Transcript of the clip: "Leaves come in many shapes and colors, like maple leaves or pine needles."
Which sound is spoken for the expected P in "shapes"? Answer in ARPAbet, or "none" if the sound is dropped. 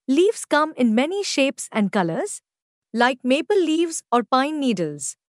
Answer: P